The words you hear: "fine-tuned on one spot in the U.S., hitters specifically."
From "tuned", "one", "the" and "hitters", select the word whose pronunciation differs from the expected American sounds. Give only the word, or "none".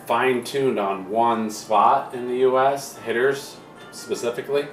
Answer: none